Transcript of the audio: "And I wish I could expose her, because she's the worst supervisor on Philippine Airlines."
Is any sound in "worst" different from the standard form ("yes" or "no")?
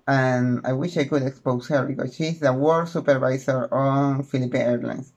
yes